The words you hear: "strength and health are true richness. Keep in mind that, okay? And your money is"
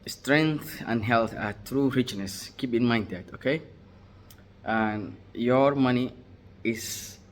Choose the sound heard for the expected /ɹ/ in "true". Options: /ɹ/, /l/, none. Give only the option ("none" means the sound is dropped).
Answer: /ɹ/